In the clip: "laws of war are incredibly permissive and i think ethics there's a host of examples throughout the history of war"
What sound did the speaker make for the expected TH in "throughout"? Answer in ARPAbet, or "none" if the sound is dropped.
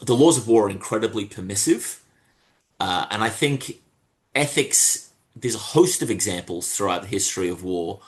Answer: TH